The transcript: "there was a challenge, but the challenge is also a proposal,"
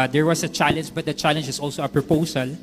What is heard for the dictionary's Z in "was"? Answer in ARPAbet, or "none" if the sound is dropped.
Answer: S